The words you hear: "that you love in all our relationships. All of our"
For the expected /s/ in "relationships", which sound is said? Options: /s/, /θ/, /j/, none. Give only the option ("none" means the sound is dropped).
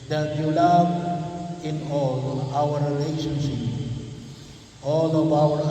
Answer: none